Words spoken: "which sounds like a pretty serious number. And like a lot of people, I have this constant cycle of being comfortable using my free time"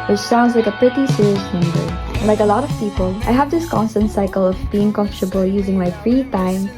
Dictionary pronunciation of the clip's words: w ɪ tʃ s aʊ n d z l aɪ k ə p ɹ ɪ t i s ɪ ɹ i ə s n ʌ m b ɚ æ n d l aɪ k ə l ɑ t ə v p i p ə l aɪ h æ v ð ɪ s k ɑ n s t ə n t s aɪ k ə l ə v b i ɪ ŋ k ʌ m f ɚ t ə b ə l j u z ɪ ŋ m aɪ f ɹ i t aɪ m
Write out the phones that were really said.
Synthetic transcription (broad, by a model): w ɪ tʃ s aʊ n d z l aɪ k ə p ɹ ɪ t i s ɪ ɹ i ə s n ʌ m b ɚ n l aɪ k ə l ɑ t ə v p i p ə l aɪ h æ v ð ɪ s k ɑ n s t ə n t s aɪ k ə l ə v b i ɪ ŋ k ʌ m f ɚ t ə b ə l j u z ɪ ŋ m aɪ f ɹ i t aɪ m